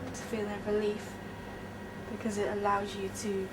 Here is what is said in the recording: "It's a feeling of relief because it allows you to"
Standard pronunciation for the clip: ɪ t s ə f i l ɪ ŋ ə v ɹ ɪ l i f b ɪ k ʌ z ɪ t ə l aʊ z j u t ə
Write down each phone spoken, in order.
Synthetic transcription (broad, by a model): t ə f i l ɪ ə ɹ ɪ l i f b ɪ k ʌ z ɪ t ə l aʊ z j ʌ t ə